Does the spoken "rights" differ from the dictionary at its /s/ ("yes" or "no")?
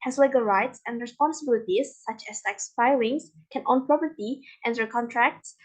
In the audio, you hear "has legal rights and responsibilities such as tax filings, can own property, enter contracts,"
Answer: no